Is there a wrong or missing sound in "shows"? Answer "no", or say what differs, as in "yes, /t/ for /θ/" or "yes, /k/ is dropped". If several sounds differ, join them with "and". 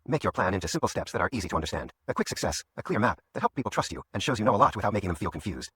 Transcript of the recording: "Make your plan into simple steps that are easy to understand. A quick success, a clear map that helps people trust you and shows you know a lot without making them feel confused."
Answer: no